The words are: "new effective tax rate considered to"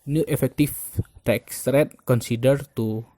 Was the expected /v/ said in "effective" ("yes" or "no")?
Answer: no